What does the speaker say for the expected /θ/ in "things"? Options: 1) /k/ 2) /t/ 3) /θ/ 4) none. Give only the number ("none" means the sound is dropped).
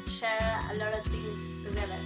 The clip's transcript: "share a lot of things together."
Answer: 2